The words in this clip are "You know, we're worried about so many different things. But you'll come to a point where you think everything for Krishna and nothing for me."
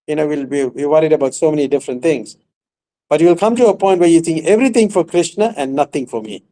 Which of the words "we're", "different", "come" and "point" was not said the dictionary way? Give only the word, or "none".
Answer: we're